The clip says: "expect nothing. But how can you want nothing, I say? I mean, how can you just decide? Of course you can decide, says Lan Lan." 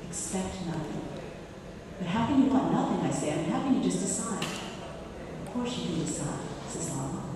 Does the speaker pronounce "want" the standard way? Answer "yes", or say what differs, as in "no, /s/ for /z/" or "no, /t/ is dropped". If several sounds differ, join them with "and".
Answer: no, /n/ is dropped